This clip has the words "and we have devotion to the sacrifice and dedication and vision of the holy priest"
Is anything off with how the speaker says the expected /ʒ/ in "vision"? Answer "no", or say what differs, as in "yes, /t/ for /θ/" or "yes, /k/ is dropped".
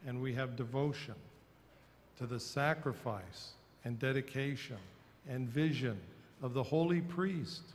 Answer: no